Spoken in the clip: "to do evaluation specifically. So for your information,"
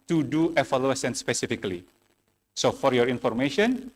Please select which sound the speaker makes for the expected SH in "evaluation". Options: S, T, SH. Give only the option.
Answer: S